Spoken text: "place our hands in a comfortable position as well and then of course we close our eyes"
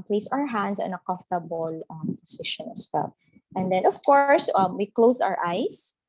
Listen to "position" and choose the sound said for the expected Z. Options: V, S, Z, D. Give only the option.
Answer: S